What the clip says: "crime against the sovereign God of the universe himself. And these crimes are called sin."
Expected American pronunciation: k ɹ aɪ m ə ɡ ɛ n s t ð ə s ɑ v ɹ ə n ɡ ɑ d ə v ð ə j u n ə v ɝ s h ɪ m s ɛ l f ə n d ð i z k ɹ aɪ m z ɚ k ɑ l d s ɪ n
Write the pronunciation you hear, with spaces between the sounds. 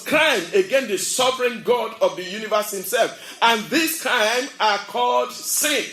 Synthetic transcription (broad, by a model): k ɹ aɪ m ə ɡ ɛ n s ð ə s ɑ v ɹ ə n ɡ ɑ d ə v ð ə j u n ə v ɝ s h ɪ m s ɛ l f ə n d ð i s k ɹ aɪ m ɚ k ɑ l d s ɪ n